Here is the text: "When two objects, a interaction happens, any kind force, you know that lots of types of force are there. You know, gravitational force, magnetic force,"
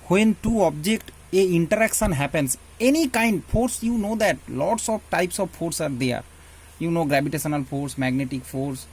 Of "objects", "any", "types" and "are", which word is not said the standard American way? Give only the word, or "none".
objects